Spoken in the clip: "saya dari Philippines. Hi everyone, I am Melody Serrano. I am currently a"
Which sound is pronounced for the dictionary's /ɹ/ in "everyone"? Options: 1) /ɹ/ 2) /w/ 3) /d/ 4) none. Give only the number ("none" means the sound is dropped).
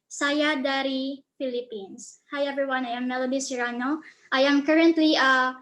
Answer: 4